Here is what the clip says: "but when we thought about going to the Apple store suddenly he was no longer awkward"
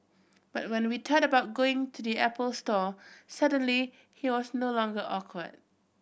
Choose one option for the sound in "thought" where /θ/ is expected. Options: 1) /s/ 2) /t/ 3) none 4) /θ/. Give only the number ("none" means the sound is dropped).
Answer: 2